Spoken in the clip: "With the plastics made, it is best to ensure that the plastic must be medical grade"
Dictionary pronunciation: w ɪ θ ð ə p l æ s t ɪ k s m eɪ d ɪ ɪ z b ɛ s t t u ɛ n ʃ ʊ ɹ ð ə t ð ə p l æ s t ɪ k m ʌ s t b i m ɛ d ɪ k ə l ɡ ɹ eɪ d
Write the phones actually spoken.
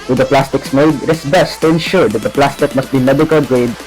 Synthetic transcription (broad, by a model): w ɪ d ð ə p l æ s t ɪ k s m eɪ d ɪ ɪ s b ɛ s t t u ɛ n ʃ ʊ ɹ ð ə t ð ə p l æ s t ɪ k m ʌ s t b i m ɛ d ɪ k ə l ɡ ɹ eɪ d